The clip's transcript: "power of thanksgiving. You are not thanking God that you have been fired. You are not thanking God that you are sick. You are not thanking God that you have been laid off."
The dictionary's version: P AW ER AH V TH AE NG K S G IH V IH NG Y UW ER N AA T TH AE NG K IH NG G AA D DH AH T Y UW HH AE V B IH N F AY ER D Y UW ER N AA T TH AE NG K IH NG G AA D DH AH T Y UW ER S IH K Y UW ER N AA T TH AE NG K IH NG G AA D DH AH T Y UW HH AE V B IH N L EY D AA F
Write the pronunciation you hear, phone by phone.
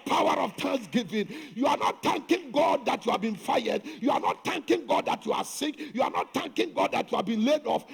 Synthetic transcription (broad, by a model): P AW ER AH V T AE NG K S G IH V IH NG Y UW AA N AA T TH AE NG K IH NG G AA D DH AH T Y UW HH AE V B IH N F AY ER D Y UW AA N AA T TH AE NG K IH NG G AA D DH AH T Y UW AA S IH K Y UW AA N AA T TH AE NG K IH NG G AA D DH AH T Y UW HH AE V B IH N L EY D AA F